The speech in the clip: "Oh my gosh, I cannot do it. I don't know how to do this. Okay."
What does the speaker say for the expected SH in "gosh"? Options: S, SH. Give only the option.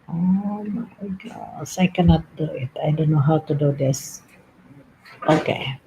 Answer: S